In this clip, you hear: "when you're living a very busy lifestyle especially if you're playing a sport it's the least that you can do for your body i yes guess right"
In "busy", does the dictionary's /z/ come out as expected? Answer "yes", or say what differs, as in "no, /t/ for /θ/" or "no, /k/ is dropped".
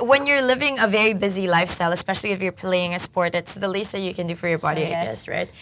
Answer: yes